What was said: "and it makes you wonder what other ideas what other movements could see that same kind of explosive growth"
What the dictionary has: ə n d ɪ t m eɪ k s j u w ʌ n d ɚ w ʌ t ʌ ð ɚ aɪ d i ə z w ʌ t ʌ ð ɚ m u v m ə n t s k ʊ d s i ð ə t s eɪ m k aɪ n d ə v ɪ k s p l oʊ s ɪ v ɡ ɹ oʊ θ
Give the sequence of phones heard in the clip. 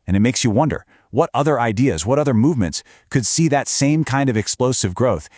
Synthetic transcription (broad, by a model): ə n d ɪ t m eɪ k s j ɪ w ʌ n d ɚ w ʌ t ʌ ð ɚ aɪ d i ə z w ʌ t ʌ ð ɚ m u v m ə n t s k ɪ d s i ð ə t s eɪ m k aɪ n d ə v ɪ k s p l oʊ s ɪ v ɡ ɹ oʊ θ